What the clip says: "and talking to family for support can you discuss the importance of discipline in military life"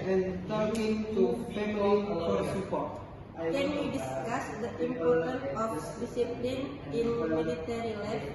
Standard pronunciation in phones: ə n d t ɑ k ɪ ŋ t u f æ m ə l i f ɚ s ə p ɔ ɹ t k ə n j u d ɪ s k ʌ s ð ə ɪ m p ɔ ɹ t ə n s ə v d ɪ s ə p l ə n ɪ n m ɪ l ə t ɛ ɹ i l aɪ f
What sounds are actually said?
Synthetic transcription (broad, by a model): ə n t ɑ k ɪ ŋ t u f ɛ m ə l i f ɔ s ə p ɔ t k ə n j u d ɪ s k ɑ s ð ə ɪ m p ɔ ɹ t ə n ə f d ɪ s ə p l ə n ɪ n m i l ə t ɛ ɹ i l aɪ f